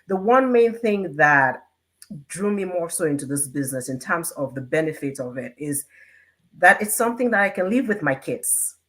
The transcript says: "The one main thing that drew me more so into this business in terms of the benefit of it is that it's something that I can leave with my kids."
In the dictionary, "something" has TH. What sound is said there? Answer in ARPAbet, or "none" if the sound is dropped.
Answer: TH